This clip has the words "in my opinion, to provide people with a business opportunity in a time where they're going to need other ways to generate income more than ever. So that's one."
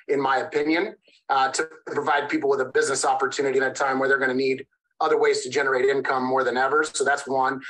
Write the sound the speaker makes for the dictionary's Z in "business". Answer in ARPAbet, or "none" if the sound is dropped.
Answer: Z